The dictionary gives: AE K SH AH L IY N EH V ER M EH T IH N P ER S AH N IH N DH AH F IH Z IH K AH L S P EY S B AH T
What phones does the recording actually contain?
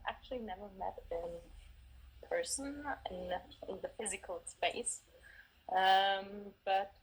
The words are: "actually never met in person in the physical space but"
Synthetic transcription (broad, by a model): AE K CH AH L IY N EH V ER M EH T IH N P ER S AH N IH N DH AH F IH Z IH K AH L S P EY S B AH T